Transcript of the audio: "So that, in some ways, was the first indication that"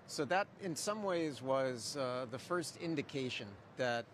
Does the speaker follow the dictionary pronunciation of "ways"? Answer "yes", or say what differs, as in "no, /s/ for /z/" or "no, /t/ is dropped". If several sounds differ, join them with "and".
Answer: yes